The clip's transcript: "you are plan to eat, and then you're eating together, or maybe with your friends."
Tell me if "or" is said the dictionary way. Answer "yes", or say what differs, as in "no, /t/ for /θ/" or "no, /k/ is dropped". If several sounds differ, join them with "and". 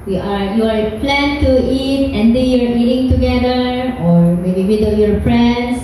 yes